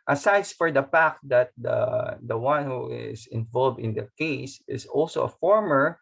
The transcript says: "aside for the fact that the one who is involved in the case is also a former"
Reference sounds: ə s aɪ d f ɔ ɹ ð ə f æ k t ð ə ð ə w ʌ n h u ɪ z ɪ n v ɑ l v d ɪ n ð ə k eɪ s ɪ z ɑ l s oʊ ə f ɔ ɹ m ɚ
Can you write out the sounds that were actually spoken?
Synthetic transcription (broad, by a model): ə s aɪ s f ɔ ɹ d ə p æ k t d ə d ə w ʌ n h u ɪ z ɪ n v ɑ l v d ɪ n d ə k eɪ s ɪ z ɑ l s oʊ ə f ɔ ɹ m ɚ